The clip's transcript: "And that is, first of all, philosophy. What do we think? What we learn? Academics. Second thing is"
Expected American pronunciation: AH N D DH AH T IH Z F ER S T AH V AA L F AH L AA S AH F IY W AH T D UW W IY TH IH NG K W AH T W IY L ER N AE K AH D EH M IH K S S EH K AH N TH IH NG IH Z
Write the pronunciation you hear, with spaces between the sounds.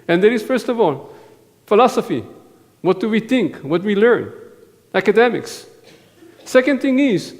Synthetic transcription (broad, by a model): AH N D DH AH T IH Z F ER S T AH V AA L F AH L AA S AH F IY W AH T D UW W IY TH IH NG K W AH T W IY L ER N AE K AH D EH M IH K S S EH K AH N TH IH NG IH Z